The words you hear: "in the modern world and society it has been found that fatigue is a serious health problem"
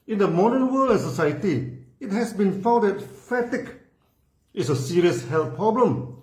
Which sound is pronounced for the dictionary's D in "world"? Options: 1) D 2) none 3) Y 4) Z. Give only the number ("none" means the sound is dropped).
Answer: 2